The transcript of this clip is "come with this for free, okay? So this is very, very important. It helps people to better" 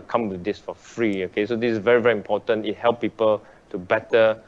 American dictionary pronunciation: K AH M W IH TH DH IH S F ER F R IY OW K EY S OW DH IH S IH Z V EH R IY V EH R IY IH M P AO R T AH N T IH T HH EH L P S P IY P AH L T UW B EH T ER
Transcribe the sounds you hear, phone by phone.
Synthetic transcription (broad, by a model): K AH M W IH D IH S F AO F R IY OW K EY S OW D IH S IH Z V EH R IY V EH R IY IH M P AO T AH N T IH T HH EH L P P IY P AH L T UW B EH T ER